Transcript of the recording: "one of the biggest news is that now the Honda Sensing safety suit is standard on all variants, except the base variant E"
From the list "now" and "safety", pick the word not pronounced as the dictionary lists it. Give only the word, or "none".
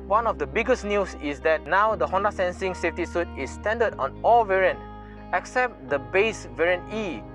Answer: none